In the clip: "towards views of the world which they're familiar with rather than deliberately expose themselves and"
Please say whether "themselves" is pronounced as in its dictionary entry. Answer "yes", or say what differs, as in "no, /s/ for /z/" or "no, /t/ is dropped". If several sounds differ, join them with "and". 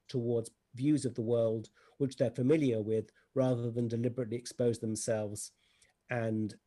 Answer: yes